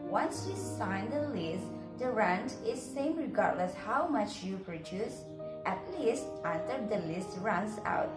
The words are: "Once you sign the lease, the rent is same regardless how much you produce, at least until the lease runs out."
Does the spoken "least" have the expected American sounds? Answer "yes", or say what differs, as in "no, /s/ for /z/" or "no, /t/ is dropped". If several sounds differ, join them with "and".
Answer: yes